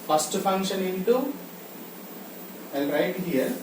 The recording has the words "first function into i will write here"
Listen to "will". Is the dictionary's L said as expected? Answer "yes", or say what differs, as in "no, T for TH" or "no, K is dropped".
no, N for L